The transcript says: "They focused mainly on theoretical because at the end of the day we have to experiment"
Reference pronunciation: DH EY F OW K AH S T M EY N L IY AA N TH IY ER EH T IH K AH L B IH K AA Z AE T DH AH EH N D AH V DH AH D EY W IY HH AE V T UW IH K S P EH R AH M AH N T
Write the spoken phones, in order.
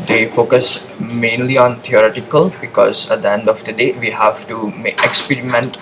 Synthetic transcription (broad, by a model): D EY F OW K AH S M EY N L IY AA N T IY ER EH T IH K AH L B IH K AA Z AE T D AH EH N D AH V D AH D EY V IY HH AE V T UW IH K S P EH R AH M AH N T